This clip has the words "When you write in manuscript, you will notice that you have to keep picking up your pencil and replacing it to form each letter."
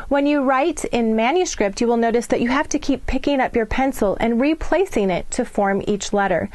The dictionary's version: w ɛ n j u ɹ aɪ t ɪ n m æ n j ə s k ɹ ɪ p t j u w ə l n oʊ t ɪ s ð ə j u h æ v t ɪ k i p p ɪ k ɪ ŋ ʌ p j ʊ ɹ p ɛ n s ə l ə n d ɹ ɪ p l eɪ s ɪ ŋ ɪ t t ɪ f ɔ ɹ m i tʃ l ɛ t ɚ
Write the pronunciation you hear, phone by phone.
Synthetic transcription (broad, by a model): w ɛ n j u ɹ aɪ t ɪ n m æ n j ə s k ɹ ɪ p t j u w ə l n oʊ t ɪ s ð ə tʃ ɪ h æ f t ɪ k i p p ɪ k ɪ ŋ ʌ p j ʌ ɹ p ɛ n s l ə n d ɹ ɪ p l eɪ s ɪ ŋ ɪ t t ɪ f ɔ ɹ m i tʃ l ɛ t ɚ